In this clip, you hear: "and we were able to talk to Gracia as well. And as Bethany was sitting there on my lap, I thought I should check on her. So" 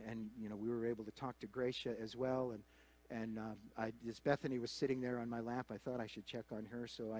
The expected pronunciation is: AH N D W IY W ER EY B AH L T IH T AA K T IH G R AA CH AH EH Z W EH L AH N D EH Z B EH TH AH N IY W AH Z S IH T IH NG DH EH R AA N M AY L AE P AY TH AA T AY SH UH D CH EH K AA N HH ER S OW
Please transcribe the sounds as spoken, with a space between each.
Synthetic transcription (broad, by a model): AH N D W IY W ER EY B L T IH T AA K T IH G R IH SH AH Z W EH L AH N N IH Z B EH TH AH N IY W AH Z S IH T IH NG DH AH R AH N M AY L AE P AY TH AA T AY SH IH D CH EH K N ER S OW